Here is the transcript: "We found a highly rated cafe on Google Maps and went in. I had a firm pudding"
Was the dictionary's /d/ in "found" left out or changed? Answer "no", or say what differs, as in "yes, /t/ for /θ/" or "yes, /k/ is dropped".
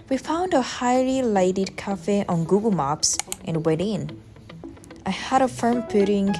no